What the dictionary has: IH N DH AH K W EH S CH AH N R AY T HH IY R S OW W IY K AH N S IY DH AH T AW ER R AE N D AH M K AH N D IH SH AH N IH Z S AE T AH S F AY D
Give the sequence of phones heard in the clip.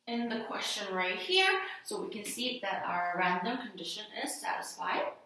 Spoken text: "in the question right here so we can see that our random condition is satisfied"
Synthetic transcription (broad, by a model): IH N DH AH K W EH S CH AH N R AY T HH IY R S OW W IY K AH N S IY DH AH T AW ER R AE N D AH M K AH N D IH SH AH N IH Z S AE T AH S F AY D